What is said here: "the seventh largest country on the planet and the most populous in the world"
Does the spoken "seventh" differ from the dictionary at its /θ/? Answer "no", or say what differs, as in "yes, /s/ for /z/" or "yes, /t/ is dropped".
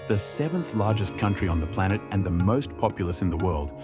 no